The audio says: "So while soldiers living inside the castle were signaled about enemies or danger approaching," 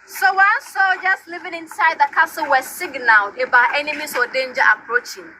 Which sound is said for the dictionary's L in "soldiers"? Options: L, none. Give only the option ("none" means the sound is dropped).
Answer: none